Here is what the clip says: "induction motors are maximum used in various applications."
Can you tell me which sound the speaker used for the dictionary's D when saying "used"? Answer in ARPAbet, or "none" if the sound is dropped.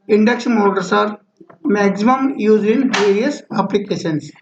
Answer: none